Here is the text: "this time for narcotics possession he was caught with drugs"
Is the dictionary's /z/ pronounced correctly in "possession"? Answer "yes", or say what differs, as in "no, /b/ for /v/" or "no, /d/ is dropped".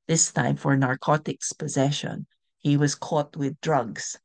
yes